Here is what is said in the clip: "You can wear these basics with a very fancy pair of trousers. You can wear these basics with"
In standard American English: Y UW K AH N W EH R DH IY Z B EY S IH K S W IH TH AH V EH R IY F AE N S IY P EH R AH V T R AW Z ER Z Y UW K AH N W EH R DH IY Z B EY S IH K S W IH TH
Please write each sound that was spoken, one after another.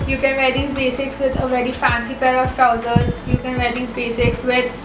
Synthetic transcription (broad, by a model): Y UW K AH N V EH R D IY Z B EY S IH K S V IH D AH V EH R IY F AE N S IY P EH R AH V T R AW Z ER Z Y UW K AH N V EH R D IY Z B EY S IH K S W IH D